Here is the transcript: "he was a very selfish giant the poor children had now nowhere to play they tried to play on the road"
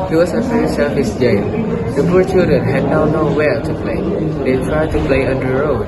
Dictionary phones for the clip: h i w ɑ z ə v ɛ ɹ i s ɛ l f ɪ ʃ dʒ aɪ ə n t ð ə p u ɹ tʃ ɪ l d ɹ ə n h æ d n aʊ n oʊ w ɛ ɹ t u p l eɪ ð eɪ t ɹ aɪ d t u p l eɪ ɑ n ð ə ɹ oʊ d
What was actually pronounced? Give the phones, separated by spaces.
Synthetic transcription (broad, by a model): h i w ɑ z ə f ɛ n s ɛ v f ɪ s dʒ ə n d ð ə p u ɹ tʃ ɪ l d ɹ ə n h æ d n aʊ n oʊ w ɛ l t u p l eɪ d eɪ t ɹ aɪ d t u p l eɪ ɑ n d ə ɹ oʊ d